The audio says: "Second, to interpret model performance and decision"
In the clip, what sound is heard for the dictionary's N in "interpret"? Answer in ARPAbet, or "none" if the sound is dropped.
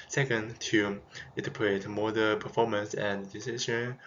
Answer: none